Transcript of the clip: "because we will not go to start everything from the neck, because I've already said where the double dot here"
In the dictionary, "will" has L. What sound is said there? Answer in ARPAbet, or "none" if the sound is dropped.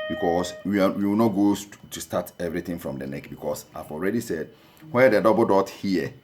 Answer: W